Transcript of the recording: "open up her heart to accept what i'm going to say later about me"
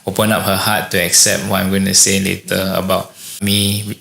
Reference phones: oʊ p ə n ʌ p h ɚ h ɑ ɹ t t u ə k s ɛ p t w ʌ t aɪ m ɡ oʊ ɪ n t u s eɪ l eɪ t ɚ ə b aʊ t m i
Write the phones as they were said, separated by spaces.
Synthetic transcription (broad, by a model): oʊ p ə n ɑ p h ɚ h ɑ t t u ə k s ɛ p t w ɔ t aɪ m ɡ oʊ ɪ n t u s eɪ l eɪ t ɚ ə b aʊ t m i